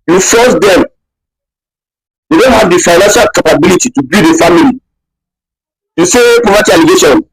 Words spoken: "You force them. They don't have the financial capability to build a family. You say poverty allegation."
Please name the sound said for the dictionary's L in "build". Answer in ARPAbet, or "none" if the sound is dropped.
none